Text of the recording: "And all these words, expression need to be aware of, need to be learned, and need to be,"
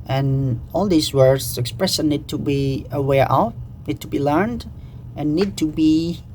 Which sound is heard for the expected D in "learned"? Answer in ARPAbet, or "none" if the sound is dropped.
D